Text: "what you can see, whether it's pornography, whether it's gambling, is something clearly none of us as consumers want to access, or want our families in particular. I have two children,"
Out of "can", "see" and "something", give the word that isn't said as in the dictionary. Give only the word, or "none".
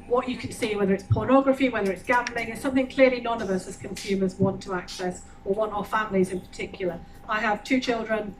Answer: none